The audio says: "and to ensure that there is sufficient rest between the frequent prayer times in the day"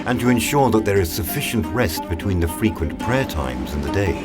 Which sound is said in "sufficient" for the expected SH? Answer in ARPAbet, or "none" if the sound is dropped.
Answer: SH